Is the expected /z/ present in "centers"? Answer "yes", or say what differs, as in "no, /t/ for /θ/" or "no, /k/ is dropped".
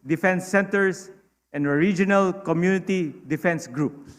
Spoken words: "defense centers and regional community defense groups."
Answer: no, /s/ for /z/